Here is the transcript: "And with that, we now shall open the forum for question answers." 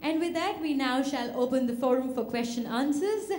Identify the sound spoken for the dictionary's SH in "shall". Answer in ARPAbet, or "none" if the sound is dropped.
SH